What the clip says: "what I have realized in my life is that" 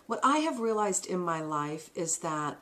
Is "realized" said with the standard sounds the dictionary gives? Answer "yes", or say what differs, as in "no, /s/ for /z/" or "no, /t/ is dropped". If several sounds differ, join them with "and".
yes